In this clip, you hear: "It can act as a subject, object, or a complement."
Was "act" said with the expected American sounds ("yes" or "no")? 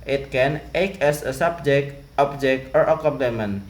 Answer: no